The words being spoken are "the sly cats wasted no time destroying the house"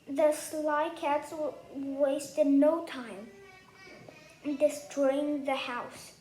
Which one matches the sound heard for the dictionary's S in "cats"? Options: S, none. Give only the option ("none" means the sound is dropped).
S